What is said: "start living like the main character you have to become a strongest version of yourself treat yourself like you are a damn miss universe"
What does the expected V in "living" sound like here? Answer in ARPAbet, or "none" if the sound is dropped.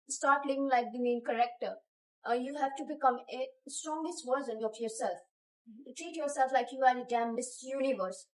none